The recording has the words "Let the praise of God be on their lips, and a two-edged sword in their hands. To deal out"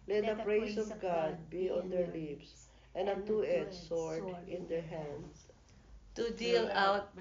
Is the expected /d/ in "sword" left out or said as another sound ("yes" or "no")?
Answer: yes